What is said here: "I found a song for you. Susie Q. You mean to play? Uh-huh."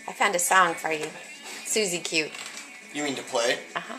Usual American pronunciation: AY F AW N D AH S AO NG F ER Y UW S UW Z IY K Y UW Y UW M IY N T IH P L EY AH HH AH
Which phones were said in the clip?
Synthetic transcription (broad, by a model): AY F AW N D AH S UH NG F ER Y UW S UW Z IY K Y UW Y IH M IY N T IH P L EY AH HH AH